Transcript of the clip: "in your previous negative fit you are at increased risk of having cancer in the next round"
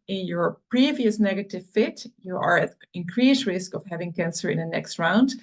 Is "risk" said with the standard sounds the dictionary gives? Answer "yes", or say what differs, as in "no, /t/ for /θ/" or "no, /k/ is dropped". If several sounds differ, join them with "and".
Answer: yes